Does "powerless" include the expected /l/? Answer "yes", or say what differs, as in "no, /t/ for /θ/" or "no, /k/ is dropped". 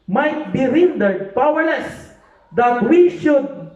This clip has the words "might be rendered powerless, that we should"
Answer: yes